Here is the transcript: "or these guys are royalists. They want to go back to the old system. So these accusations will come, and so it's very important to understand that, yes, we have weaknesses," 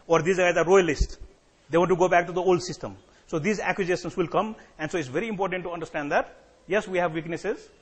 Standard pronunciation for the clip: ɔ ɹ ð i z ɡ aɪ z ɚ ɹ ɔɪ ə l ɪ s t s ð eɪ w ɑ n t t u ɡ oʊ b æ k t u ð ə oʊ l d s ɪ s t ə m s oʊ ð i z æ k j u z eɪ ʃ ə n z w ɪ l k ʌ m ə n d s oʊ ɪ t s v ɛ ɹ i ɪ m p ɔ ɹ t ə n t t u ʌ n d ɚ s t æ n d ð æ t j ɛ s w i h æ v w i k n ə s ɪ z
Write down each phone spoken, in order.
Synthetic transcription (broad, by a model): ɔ ɹ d i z ɡ aɪ z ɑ ɹ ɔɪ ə l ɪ s t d eɪ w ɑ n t t u ɡ oʊ b æ k t u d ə oʊ l d s ɪ s t ə m s oʊ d i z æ k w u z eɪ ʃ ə n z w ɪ l k ʌ m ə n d s oʊ ɪ t s v ɛ ɹ i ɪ m p ɔ ɹ t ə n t t u ʌ n d ɚ s t æ n d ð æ t j ɛ s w i h æ v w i k n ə s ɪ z